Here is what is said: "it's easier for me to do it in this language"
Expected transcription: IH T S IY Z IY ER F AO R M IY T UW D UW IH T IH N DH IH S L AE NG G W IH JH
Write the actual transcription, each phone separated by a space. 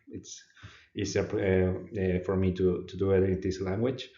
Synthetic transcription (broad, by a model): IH T S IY S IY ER F AO R M IY T UW D UW IH T IH N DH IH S L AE NG G W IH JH